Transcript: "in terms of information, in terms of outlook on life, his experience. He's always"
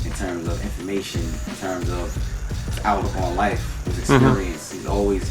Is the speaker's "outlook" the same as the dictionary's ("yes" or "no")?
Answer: no